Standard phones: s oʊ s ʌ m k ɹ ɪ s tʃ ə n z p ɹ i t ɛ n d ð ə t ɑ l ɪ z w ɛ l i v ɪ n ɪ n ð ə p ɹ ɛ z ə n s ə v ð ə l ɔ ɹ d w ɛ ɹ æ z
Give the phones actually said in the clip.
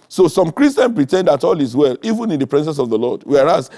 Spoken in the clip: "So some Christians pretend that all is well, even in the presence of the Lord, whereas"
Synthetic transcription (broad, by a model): s oʊ s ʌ m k ɹ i s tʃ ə n p ɹ i t ɛ n d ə t ɑ l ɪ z w ɛ l i v ɪ n ɪ n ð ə p ɹ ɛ s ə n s ə v ð ə l ɔ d w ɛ ɹ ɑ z